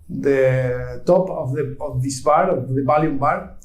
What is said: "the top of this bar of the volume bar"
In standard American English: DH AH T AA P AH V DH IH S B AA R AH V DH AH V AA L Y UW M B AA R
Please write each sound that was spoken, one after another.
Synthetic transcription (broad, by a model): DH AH T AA P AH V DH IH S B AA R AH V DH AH B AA L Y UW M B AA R